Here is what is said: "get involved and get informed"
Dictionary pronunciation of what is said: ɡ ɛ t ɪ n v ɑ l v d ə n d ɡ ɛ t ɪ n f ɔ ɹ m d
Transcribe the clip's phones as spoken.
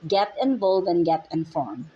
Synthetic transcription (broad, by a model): ɡ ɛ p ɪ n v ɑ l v ə n ɡ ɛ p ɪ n f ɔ ɹ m